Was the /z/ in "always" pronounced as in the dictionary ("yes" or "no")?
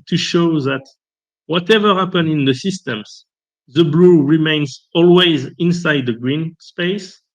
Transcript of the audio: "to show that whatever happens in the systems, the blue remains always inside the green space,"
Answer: yes